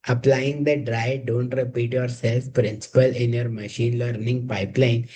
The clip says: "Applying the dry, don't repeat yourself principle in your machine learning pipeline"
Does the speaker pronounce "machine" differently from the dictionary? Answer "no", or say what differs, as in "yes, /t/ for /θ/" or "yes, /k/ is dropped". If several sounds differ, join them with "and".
no